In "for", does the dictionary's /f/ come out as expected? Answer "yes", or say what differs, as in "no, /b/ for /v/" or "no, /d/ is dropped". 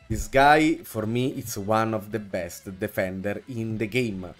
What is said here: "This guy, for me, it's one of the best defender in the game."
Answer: yes